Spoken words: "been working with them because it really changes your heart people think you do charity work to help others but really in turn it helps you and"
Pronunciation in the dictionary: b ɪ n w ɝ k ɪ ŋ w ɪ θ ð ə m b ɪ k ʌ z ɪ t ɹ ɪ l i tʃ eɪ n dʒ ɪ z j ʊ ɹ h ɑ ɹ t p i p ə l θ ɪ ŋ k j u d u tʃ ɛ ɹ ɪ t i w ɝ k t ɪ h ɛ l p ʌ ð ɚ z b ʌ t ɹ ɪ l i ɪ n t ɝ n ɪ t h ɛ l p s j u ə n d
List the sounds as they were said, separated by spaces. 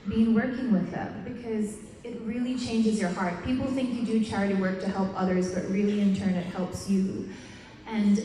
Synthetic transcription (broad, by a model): b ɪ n w ɝ k ɪ ŋ w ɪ ð ə m b ɪ k ʌ z ɪ t ɹ ɪ l i tʃ eɪ n dʒ ɪ z j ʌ ɹ h ɑ ɹ t p i p l θ ɪ ŋ k j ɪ d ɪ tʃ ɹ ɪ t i w ɝ k t ɪ h ɛ l p ʌ ð ɚ z b ʌ t ɹ ɪ l i ɪ n t ɝ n ɪ t h ɛ l p s j u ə n